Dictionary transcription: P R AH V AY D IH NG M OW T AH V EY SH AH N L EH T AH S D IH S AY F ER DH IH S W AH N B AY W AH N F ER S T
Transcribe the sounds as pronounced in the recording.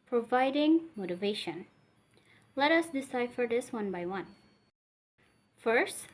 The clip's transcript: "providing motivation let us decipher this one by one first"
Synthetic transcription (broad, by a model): P R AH V AY D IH NG M OW T AH V EY SH AH N L EH T AH S D IH S AY F ER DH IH S W AH N B AY W AH N F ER S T